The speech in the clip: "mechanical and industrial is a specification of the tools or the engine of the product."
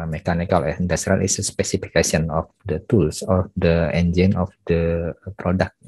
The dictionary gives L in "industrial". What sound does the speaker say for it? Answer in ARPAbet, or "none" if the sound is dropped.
N